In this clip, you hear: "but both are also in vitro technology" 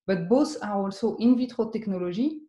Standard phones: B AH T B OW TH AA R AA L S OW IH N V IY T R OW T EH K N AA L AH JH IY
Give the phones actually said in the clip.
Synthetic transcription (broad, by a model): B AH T B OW S AA R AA L S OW IH N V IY T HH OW T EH K N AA L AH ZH IY